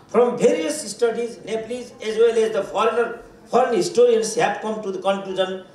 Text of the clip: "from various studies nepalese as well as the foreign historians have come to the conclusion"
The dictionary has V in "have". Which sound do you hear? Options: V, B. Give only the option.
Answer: B